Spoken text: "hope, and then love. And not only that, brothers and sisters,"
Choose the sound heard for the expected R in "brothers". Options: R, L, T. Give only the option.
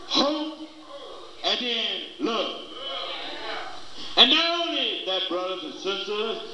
R